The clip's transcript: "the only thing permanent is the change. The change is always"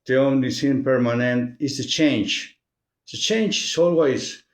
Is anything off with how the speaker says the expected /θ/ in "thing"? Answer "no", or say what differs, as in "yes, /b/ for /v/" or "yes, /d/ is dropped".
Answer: yes, /s/ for /θ/